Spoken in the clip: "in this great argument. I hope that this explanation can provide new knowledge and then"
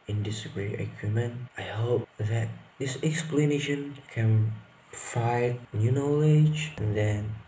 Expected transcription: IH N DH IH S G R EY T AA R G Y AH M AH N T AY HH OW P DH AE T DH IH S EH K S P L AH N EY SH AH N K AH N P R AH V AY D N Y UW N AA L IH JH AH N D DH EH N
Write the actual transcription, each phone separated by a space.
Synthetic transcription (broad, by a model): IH N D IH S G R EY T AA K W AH M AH N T AY HH OW P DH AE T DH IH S EH K S P L AH N EY SH AH N K AH N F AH IH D N Y UW N AA L IH JH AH N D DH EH N